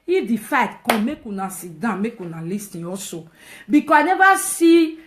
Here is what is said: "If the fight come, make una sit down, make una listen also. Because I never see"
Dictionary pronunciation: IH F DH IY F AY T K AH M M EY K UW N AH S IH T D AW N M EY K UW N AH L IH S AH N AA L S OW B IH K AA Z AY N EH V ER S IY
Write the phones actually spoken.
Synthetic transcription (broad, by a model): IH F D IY F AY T K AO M M EY K UW N AH S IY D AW M EY K UW N AH L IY S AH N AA S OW B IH K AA AY N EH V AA S IY